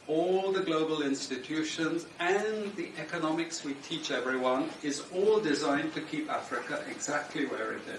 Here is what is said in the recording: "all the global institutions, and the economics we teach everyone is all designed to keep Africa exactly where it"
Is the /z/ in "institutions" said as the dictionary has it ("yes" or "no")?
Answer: yes